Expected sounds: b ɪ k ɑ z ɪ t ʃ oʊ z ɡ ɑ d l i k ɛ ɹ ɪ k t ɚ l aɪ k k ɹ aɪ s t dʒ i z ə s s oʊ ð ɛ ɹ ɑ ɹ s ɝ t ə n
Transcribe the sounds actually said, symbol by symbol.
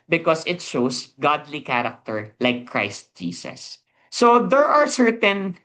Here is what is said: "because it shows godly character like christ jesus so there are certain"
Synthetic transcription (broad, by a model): b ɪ k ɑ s ɪ t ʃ oʊ s ɡ ɑ d l i k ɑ ɹ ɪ k t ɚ l aɪ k k ɹ aɪ s t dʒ i s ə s s oʊ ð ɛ ɹ ɑ ɹ s ɝ t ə n